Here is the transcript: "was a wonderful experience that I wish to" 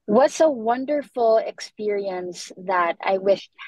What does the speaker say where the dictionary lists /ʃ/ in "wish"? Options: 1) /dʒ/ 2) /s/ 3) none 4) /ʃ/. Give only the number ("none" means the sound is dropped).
4